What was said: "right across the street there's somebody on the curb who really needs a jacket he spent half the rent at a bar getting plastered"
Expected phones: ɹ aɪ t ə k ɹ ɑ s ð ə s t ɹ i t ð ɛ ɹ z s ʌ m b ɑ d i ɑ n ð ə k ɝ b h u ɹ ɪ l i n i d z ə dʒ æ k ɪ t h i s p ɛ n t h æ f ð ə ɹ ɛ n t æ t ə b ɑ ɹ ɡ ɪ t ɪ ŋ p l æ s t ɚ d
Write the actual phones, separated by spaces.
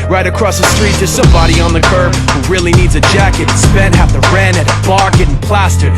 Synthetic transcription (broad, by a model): ɹ aɪ t ə k ɹ ɑ s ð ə s t ɹ i t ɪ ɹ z s ʌ m b ɑ d i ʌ n ð ə k ɝ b h u ɹ ɪ l i n i d z ə dʒ æ k ɪ t s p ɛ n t h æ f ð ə ɹ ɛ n ɪ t ə b ɑ ɹ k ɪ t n p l æ s t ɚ